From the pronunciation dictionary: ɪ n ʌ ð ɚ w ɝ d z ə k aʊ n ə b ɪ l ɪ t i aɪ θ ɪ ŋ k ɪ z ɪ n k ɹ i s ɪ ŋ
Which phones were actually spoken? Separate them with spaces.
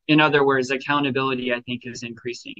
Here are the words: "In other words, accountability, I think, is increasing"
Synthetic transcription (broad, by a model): ɪ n ʌ ð ɚ w ɝ d z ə k aʊ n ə b ɪ l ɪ t i aɪ θ ɪ ŋ k ɪ z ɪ n k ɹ i s ɪ ŋ